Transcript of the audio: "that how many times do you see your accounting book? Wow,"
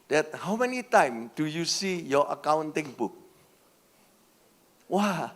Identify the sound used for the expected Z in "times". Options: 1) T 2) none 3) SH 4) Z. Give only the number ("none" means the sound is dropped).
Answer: 2